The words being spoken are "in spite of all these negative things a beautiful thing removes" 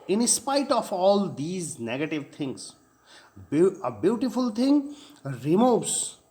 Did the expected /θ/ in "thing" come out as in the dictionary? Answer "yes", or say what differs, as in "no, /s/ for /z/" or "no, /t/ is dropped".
no, /t/ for /θ/